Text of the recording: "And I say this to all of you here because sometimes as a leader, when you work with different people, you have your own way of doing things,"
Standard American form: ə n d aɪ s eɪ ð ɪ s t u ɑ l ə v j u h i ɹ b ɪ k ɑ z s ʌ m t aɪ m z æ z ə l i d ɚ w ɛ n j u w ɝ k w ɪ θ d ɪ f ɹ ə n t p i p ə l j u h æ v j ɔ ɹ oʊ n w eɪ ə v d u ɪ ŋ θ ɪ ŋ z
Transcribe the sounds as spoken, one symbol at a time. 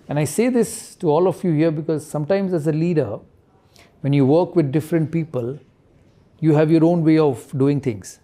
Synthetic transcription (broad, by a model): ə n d aɪ s eɪ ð ɪ s t u ɑ l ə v j u h i ɹ b ɪ k ɑ z s ʌ m t aɪ m z æ z ə l i d ɚ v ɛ n j u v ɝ k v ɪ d d ɪ f ɹ ə n t p i p ə l j u h æ v j ɔ ɹ oʊ n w eɪ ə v d u ɪ ŋ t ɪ ŋ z